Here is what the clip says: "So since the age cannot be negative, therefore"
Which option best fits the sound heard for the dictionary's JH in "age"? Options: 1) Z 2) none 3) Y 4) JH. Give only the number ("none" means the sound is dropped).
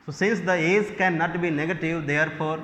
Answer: 1